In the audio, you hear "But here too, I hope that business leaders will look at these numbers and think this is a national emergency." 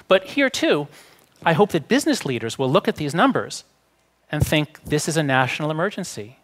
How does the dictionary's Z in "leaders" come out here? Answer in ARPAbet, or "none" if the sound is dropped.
Z